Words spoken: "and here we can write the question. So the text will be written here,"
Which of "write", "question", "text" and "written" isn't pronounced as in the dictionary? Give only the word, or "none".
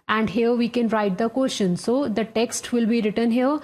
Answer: question